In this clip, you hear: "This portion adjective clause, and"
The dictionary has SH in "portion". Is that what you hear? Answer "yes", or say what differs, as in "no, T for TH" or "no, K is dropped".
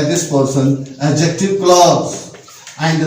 no, S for SH